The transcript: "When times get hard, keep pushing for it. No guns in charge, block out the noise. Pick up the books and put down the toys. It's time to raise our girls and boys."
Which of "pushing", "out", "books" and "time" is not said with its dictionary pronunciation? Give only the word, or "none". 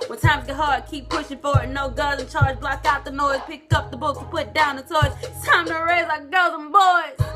books